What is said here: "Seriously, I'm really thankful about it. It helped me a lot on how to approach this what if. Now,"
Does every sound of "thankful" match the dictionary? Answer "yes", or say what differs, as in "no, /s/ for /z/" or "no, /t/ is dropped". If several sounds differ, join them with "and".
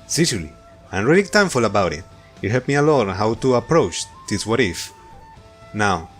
no, /t/ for /θ/